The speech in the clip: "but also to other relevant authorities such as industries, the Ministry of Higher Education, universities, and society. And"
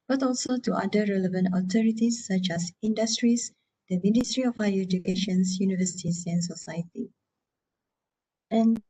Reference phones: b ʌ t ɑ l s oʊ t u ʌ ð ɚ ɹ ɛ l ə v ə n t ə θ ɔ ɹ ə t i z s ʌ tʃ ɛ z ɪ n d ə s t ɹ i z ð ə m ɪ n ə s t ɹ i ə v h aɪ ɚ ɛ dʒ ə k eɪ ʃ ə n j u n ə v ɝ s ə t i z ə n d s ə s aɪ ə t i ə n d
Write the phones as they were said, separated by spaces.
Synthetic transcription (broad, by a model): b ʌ t ɑ l s oʊ t u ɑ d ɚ ɹ ɛ l ə v ə n t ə t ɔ ɹ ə t i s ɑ tʃ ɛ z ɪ n d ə s t ɹ i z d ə m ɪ n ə s t ɹ i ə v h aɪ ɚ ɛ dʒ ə k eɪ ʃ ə n j u n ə v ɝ s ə t i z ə n s ə s aɪ ə t i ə n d